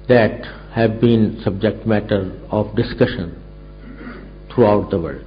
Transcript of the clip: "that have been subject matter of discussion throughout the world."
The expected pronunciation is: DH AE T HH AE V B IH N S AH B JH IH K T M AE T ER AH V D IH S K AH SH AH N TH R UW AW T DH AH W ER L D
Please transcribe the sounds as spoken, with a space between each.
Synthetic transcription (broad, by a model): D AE T HH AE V B IH N S AH B JH IH K T M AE T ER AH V D IH S K AH SH AH N T R UW AW T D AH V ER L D